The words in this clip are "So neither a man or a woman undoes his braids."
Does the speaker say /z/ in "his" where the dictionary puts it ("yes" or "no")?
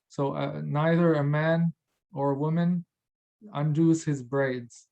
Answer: yes